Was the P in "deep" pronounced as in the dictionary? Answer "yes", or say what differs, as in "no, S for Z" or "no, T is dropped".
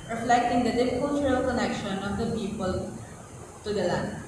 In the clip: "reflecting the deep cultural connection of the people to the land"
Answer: no, F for P